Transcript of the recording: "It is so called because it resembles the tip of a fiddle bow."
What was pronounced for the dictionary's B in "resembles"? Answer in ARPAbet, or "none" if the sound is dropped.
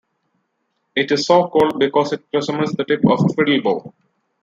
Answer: none